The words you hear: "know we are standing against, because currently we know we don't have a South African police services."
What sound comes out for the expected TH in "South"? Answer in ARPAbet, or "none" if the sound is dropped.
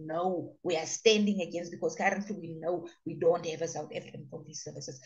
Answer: T